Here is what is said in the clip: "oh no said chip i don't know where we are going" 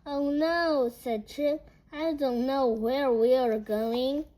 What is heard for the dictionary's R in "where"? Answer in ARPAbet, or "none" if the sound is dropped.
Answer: R